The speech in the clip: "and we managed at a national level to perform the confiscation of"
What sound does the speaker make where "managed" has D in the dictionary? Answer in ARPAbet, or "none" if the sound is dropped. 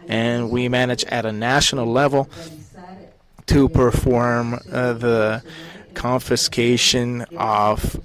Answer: none